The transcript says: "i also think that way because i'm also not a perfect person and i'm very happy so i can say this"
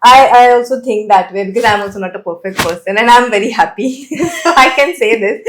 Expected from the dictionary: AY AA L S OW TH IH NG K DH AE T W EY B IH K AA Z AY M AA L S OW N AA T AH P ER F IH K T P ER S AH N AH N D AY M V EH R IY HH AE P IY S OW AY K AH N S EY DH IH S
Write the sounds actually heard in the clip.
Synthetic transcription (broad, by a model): AY AA L S OW T IH NG K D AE T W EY B IH K AA Z AY M AA L S OW N AA T AH P ER F IH K T P ER S AH N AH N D AY M V EH R IY HH AE P IY S OW AY K AH N S EY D IH S